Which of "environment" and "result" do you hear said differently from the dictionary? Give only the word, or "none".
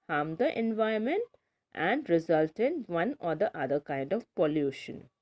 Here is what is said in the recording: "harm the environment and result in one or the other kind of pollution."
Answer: environment